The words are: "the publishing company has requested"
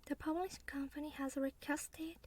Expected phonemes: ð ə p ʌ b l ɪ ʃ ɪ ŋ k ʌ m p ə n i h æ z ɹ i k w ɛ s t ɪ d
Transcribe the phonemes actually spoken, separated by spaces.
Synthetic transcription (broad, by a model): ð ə p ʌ l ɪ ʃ k ʌ m p ə n i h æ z ɹ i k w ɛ s t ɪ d